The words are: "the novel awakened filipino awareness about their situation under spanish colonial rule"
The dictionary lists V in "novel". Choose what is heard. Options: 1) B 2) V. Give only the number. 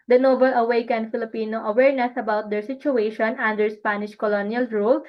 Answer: 1